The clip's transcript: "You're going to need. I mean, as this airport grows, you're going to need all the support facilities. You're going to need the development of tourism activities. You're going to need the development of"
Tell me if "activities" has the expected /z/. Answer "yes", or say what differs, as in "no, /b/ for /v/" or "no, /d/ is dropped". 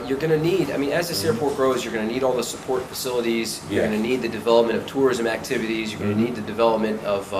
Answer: yes